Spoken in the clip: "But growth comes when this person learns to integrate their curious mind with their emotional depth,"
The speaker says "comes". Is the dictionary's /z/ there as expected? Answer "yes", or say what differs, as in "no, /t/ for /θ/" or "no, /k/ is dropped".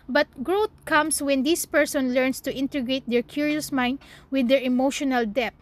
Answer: no, /s/ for /z/